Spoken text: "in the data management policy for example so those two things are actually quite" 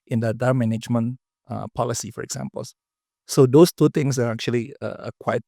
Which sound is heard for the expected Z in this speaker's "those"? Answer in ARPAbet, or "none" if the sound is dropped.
S